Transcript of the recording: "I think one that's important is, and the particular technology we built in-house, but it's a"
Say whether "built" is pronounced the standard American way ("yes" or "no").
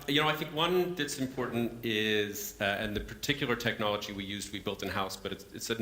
yes